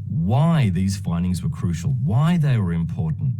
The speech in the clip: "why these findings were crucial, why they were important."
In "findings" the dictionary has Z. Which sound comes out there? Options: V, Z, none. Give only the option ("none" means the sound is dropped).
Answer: Z